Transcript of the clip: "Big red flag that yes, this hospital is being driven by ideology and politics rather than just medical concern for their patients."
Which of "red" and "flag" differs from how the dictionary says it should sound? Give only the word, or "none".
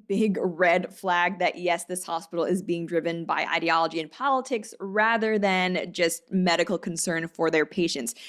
none